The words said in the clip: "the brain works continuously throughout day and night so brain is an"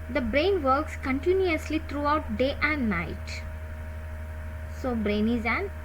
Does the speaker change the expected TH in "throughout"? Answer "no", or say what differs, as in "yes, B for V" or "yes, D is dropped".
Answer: yes, T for TH